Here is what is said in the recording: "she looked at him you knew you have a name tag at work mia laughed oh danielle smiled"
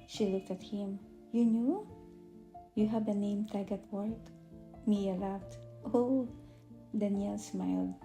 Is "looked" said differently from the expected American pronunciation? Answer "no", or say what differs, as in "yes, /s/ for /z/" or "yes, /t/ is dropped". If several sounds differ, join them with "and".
no